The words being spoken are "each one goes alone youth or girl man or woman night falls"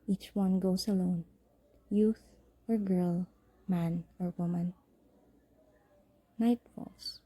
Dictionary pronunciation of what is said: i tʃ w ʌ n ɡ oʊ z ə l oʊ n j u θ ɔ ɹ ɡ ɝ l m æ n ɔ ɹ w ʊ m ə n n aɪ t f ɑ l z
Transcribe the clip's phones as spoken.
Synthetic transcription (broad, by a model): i tʃ w ʌ n ɡ oʊ s ə l oʊ n j u θ ɔ ɹ ɡ ɝ l m æ n ɔ ɹ w ʊ m ə n n aɪ t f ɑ l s